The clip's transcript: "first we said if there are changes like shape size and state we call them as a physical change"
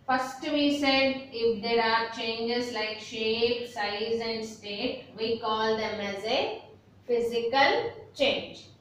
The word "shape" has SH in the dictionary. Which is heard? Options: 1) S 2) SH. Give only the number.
2